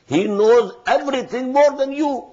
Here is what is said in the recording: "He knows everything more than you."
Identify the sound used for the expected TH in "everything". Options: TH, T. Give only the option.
T